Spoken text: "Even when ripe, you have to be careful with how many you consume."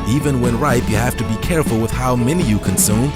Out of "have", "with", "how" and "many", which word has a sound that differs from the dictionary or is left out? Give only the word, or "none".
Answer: have